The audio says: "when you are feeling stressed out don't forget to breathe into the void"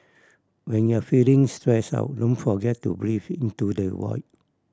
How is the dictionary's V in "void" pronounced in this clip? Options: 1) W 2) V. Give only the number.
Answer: 1